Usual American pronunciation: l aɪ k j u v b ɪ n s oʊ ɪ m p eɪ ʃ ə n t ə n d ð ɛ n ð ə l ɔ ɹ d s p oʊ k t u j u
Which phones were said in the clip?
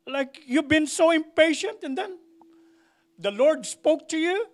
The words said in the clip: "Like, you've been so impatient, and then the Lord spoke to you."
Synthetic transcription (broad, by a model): l aɪ k j u v b ɪ n s oʊ ɪ m p eɪ ʃ ə n t ə n d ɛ n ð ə l ɔ ɹ d s p oʊ k t u j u